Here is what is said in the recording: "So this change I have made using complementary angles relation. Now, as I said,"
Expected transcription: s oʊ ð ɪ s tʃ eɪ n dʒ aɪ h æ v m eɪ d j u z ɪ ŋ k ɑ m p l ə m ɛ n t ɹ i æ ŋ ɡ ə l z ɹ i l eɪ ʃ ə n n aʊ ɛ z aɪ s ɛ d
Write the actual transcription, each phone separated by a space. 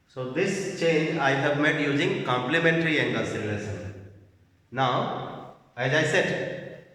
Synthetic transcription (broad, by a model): s oʊ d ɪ s tʃ eɪ n dʒ aɪ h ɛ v m eɪ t j u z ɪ ŋ k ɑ m p l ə m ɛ n t ɹ i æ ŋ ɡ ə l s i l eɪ s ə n n aʊ ɛ z aɪ s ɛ d